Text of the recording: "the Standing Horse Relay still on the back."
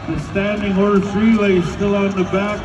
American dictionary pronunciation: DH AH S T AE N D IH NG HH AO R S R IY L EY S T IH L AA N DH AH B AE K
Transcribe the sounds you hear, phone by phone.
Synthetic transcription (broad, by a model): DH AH S T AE N D IH NG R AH R TH R IY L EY S T IH L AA N DH AH B AE K